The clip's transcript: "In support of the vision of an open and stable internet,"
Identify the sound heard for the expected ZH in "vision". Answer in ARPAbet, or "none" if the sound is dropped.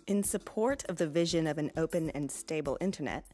ZH